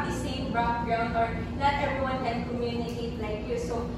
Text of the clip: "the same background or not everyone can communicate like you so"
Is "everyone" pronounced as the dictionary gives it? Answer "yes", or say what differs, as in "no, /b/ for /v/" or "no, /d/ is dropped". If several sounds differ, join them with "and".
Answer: no, /v/ is dropped